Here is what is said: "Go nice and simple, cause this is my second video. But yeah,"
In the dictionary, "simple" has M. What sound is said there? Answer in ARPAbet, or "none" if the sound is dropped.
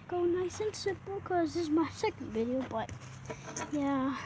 none